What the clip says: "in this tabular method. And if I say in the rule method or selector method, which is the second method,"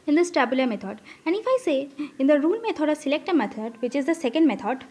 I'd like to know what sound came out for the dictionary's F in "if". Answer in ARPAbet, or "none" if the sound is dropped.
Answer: F